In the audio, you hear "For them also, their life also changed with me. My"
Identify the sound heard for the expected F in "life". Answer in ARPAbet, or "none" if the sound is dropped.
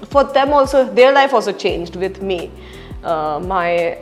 F